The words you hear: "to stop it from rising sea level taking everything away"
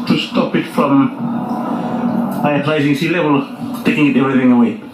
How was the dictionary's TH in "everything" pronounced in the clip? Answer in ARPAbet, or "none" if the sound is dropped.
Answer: TH